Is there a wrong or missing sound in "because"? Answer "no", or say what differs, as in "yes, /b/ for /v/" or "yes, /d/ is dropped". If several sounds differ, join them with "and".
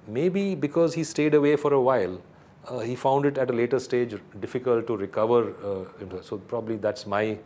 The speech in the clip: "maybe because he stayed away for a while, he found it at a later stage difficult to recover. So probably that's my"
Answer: no